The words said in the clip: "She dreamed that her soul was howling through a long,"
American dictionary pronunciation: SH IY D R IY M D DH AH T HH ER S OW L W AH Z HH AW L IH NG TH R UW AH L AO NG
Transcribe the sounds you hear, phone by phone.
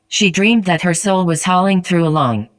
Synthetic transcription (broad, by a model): SH IY D R IY M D DH AH T HH ER S OW L W AH Z HH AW L IH NG TH R UW AH L AO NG